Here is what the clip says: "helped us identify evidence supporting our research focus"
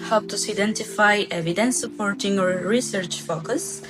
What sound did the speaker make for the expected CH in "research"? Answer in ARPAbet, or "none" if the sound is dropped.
CH